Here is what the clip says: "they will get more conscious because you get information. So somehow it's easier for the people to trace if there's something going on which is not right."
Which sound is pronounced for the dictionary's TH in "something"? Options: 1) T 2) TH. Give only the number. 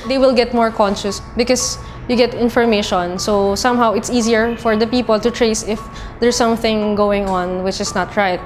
2